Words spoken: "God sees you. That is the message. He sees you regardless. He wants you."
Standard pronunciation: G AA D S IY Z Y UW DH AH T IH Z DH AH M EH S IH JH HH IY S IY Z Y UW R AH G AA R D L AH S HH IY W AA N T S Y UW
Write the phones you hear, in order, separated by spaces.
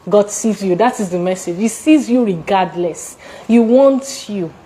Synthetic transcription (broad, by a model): G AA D S IY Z Y UW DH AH T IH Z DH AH M EH S IH JH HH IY S IY Z Y UW R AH G AA D L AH S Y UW W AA N T Y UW